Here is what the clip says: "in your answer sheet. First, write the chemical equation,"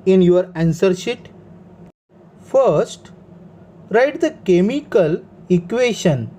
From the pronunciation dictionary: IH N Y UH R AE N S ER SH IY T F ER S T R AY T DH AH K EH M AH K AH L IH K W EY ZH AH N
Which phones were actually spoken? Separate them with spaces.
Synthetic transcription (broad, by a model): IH N Y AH R AE N S ER SH IY T F ER S T R AY T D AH K EH M AH K AH L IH K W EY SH AH N